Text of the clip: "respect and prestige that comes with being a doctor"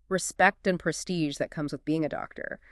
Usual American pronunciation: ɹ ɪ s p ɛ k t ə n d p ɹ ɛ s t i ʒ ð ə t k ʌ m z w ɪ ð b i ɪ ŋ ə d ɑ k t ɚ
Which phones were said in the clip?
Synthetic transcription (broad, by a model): ɹ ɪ s p ɛ k t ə n p ɹ ɛ s t i ʒ ð ə t k ʌ m z w ɪ ð b i ɪ ŋ ə d ɑ k t ɚ